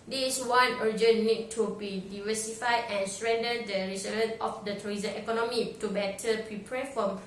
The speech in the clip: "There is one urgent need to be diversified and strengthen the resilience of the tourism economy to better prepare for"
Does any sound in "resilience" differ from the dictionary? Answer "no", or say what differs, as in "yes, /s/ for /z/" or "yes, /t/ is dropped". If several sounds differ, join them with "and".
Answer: yes, /s/ is dropped